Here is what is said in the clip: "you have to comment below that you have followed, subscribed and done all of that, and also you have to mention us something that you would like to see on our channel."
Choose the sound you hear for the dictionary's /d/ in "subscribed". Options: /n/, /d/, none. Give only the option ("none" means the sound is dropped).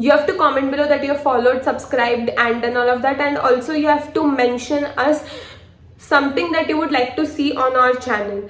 /d/